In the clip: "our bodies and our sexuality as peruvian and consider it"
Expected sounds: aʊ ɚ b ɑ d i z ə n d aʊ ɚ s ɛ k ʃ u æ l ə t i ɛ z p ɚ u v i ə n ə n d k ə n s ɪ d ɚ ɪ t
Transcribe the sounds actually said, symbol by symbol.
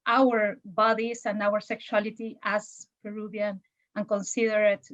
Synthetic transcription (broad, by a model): aʊ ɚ b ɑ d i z ə n d aʊ ɚ s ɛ k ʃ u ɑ l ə t i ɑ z p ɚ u b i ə n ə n k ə n s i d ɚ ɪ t